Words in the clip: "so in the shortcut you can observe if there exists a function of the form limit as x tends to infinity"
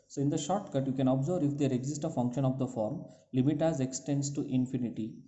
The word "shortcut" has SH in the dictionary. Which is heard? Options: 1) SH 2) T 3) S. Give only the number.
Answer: 1